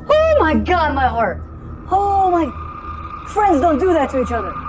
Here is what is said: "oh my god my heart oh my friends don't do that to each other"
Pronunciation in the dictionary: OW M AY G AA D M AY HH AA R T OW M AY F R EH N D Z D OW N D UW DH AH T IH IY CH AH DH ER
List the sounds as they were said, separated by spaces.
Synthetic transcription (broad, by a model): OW M AY G AA D M AY HH AA R T OW M AY F R EH N D Z D OW N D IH DH AH T IH IY CH AH DH ER